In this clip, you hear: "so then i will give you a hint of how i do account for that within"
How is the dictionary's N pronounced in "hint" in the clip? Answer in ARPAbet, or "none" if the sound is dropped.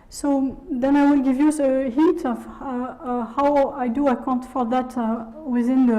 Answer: none